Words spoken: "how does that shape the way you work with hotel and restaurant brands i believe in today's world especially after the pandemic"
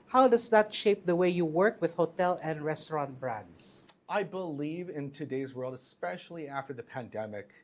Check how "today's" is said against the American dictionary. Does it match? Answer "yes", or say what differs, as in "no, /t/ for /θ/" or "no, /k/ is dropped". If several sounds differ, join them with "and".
yes